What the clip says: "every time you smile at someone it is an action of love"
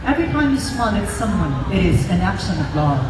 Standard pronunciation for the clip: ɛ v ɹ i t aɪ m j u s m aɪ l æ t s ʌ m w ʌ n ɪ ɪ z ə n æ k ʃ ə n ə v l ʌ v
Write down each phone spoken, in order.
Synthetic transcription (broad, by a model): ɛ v ɹ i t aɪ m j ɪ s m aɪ n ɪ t s ʌ m w ʌ n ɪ ɪ z ə n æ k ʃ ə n ə v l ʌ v